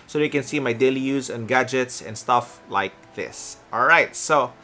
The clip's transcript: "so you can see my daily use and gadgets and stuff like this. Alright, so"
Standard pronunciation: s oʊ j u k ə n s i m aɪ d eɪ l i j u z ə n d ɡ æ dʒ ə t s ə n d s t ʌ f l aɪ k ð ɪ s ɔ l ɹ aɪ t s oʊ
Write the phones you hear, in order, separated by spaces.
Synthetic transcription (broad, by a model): s oʊ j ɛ k ə n s i m aɪ d eɪ l i j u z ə n ɡ æ dʒ ə t s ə n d s t ʌ f l aɪ k ð ɪ s ɔ l ɹ aɪ t s oʊ